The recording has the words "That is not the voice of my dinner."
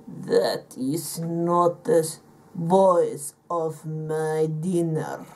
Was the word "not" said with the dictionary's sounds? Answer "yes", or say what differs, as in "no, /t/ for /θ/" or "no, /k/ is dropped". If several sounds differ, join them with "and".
yes